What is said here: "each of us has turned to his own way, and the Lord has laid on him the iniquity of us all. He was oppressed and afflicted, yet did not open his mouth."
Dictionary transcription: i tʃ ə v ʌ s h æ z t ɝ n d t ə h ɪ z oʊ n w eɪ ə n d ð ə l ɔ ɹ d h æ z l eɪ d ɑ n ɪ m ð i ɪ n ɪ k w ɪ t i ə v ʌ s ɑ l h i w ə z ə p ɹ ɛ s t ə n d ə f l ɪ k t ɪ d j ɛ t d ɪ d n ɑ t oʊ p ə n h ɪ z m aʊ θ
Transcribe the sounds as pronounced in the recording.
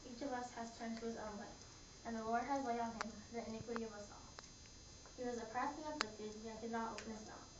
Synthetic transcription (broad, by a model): i tʃ ə v ʌ s h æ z t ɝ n t ə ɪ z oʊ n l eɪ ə n ð ə l ɔ ɹ d h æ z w eɪ ɑ n ɪ m ð i ɪ n ɪ k w ɪ t i ə v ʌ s ɑ l h i w ə z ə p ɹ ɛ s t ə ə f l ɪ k t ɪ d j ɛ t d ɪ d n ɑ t oʊ p ə n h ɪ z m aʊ